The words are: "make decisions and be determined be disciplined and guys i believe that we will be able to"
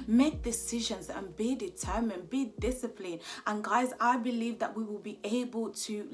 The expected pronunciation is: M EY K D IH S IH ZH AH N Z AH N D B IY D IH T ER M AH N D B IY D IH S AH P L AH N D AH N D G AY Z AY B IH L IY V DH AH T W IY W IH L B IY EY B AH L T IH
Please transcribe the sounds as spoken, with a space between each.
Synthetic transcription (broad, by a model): M EY K D IH S IH ZH AH N Z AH N B IY D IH T ER M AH N B IY D IH S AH P L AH N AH N G AY Z AY B IH L IY V DH AH T W IY W IH L B IY EY B AH L T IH